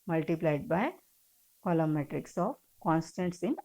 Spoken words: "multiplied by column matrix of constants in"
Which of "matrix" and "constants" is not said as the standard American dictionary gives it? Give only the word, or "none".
none